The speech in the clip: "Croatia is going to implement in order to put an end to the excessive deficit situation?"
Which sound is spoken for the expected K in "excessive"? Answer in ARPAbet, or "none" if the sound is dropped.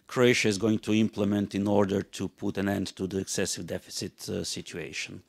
K